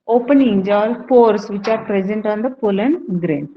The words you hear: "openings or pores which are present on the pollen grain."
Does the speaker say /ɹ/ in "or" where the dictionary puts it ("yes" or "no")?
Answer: no